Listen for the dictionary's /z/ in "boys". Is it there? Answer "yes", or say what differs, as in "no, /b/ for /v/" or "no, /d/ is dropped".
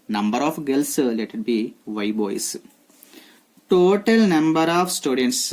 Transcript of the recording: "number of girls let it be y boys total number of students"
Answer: no, /s/ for /z/